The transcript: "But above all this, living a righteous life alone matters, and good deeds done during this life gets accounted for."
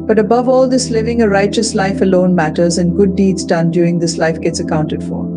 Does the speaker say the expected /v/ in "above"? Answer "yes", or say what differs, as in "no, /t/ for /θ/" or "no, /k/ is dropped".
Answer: yes